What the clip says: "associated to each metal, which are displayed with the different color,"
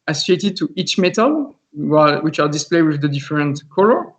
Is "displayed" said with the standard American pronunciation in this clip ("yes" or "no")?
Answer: yes